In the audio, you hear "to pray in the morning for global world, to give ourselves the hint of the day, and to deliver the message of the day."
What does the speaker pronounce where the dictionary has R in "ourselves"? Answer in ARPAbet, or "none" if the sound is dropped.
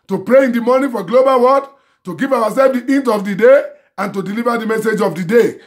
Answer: W